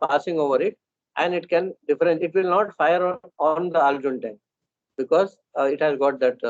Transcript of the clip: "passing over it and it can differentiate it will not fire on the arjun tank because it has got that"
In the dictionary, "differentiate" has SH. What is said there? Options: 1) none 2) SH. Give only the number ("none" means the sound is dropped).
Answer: 1